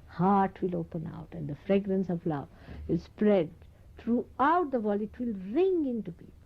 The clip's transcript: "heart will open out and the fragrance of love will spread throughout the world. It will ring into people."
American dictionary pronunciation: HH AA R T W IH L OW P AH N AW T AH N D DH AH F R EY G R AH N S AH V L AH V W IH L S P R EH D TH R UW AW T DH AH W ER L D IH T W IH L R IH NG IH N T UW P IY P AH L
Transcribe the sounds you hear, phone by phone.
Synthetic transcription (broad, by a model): HH AA R T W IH L OW P AH N AW T AH N D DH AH F R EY G R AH N S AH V L AH V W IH L S P R EH D T R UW AW T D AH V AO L IH T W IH L R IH NG IH N T UW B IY